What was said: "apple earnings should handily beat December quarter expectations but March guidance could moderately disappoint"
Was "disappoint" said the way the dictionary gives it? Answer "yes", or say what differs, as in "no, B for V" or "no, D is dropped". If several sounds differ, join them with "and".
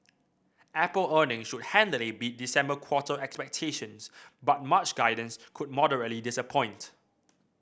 yes